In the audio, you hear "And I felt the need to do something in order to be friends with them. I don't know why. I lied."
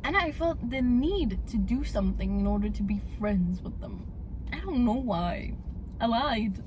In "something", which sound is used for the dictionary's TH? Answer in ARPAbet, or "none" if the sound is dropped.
TH